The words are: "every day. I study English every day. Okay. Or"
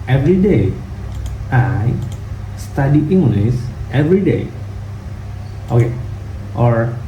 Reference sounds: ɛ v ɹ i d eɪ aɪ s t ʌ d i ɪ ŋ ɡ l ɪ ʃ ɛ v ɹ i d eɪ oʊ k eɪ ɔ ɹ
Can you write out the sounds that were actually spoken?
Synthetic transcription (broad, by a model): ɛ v ɹ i d eɪ aɪ s t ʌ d i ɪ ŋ ɡ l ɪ s ɛ v ɹ i d eɪ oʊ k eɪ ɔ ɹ